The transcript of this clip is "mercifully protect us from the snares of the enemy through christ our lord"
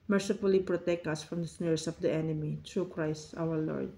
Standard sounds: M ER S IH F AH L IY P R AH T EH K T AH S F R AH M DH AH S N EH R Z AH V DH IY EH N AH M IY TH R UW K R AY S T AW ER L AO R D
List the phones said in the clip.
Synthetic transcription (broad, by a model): M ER S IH F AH L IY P R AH T EH K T AH S F R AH M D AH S N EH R S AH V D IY EH N AH M IY T R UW K R AY S T AW ER L AO R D